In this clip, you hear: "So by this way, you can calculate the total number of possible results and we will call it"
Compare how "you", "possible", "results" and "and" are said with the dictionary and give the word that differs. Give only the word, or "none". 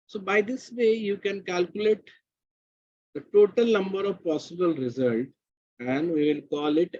results